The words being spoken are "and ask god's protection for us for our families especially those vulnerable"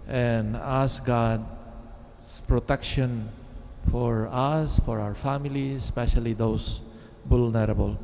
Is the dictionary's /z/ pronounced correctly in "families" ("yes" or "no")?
no